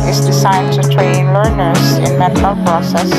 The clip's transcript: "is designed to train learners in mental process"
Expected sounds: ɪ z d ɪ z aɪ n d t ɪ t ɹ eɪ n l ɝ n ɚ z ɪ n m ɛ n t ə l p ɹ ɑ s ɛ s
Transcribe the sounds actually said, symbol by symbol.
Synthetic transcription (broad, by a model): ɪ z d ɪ s aɪ d t ɪ t ɹ eɪ n l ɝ n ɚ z ɪ n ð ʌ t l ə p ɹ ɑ s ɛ s